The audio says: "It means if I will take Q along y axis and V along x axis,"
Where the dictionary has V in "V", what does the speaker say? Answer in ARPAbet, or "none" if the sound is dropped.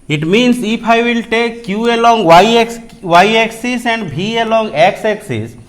B